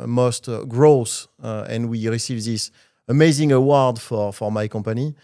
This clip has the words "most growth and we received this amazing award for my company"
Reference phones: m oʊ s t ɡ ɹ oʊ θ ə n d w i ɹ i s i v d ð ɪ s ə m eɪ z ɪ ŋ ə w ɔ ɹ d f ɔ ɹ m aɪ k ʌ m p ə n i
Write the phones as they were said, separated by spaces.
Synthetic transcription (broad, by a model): m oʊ s t ɡ ɹ oʊ s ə n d w i ɹ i s i v ð ɪ s ə m eɪ z ɪ ŋ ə w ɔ ɹ d f ɔ ɹ m aɪ k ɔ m p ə n i